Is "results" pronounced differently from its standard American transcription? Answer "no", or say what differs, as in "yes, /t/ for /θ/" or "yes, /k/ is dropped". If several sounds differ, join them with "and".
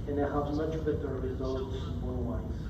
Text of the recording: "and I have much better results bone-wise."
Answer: no